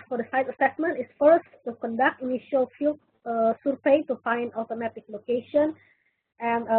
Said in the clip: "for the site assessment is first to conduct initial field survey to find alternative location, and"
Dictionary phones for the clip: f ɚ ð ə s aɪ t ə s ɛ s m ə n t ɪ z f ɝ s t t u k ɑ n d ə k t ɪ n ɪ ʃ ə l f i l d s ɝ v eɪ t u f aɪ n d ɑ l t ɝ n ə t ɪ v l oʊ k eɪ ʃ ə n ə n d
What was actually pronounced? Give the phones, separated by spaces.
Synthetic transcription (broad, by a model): f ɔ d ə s aɪ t ə s ɛ s m ə n t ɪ s f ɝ s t t u k ɑ n d ə k t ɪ n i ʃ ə l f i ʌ s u p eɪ t u f aɪ n d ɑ t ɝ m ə t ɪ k l oʊ k eɪ ʃ ə n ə n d